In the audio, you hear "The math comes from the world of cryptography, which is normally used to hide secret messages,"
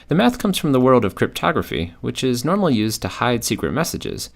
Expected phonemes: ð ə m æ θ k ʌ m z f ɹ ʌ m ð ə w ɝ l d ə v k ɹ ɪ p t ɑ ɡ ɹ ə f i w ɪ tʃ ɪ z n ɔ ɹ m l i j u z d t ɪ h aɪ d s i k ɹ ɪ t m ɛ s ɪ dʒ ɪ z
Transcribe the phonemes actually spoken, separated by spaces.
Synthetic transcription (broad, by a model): ð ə m æ θ k ʌ m z f ɹ ʌ m ð ə w ɝ l d ə v k ɹ ɪ p t ɑ ɡ ɹ ə f i w ɪ tʃ ɪ z n ɔ ɹ m l i j u z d t ɪ h aɪ d s i k ɹ ɪ t m ɛ s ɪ dʒ ɪ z